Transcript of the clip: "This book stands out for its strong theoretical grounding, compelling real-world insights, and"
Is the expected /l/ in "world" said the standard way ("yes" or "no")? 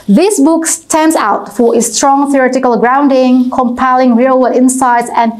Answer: no